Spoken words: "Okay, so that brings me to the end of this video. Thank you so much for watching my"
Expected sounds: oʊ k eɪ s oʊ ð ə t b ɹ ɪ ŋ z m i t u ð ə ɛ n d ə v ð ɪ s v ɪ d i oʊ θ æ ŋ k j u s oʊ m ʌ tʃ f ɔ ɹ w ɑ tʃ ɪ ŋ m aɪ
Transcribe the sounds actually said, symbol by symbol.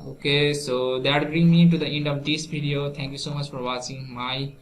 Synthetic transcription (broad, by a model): oʊ k eɪ s oʊ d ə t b ɹ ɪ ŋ m i t u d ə ɛ n d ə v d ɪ s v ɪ d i oʊ t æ ŋ k j u s oʊ m ʌ tʃ f ɔ ɹ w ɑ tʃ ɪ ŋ m aɪ